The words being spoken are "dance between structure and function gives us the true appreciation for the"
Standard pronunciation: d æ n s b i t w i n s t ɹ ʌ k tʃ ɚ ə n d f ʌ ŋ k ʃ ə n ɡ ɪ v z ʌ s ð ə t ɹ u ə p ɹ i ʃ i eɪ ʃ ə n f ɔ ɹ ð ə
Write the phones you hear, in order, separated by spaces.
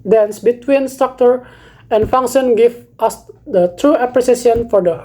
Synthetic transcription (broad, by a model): d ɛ n s b i t w i n s t ɹ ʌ k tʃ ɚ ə n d f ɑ ŋ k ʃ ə n ɡ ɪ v ʌ s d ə t ɹ u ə p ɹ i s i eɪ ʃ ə n f ɔ ɹ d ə